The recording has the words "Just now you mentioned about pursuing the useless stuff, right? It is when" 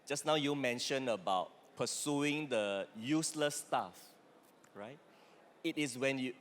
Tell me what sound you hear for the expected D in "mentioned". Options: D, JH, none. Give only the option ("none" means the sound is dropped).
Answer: none